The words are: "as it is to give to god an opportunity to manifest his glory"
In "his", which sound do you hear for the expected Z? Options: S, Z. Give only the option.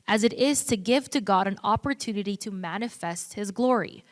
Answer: Z